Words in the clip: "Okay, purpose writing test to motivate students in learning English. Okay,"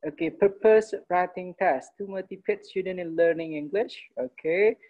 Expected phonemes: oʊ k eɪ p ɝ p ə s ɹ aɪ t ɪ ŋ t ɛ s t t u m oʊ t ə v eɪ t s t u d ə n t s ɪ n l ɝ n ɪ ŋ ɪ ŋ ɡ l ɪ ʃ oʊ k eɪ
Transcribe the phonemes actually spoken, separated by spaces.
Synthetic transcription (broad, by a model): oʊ k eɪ p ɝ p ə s ɹ aɪ t ɪ ŋ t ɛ s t t u m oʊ t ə p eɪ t s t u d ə n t ɪ n l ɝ n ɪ ŋ ɪ ŋ ɡ l ɪ ʃ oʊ k eɪ